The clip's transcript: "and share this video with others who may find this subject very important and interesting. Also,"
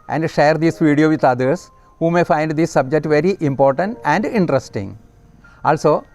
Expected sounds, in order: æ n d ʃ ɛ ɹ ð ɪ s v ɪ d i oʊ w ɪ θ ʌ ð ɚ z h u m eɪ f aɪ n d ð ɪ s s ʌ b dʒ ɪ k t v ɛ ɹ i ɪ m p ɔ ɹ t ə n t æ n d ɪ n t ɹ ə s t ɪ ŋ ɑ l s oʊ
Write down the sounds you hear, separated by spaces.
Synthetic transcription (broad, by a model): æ n d ʃ ɛ ɹ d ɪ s v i d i oʊ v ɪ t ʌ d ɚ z h u m eɪ f aɪ n d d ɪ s s ʌ b dʒ ɪ k t v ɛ ɹ i ɪ m p ɔ ɹ t ə n t æ n d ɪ n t ɹ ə s t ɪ ŋ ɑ l s oʊ